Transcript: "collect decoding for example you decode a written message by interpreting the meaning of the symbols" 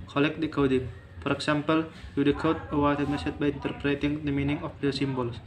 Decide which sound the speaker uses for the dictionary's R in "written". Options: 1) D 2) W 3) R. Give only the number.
2